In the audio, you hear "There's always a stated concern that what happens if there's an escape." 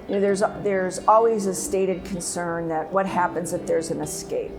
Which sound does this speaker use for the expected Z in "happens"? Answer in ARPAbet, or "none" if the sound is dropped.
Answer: Z